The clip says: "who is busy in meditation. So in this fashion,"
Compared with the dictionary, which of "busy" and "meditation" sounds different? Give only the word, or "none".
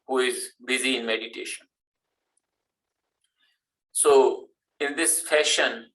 none